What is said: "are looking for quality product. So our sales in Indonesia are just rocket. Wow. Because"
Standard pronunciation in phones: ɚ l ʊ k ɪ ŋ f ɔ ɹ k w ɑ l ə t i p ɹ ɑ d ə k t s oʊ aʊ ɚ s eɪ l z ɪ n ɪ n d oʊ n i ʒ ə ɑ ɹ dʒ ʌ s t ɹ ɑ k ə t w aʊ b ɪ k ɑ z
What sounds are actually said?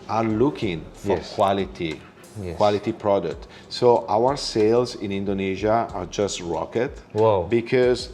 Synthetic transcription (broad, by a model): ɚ l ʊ k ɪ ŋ f ɔ ɹ k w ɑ l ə t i p ɹ ɑ d ə k t s oʊ aʊ ɚ s eɪ l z ɪ n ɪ n d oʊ n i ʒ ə ɑ ɹ dʒ ʌ s t ɹ ɑ k ə t w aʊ b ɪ k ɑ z